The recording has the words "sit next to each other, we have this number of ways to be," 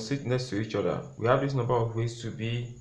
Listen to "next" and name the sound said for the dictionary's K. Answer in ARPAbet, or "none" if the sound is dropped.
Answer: none